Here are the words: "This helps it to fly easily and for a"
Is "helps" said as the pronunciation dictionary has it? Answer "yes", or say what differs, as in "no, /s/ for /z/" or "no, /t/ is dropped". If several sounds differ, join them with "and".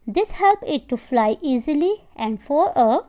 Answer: no, /s/ is dropped